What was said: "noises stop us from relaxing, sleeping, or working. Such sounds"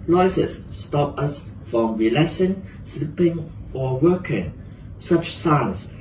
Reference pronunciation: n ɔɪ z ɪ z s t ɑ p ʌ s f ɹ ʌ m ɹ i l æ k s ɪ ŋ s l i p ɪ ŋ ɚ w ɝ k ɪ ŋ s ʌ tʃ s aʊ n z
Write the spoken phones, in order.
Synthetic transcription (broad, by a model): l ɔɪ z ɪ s s t ɑ p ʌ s f ɹ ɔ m ɹ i l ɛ s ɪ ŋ s l i p ɪ ŋ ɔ w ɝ k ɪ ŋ s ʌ tʃ s aʊ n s